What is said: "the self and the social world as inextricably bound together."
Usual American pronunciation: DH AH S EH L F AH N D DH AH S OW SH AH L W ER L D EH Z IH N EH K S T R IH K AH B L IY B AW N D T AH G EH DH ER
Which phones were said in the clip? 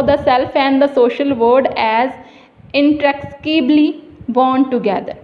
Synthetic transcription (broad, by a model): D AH S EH L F AH N D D AH S OW SH AH L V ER D EH Z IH N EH K T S K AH B L IY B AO N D T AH G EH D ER